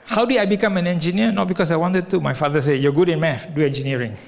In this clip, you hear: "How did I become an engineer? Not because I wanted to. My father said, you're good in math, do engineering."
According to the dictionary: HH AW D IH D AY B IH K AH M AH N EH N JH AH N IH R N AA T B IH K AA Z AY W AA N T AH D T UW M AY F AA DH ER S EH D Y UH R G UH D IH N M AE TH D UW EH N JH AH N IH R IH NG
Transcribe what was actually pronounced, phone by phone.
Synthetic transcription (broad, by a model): HH AW D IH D AY B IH K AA M AH N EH N JH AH N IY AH N AA T B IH K AA S AY W AA N T AH D T UW M AY F AA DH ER S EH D Y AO G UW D IH N M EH F D UW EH N JH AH N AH R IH NG